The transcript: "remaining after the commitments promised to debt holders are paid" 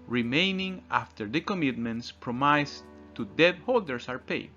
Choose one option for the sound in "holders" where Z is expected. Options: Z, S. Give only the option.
S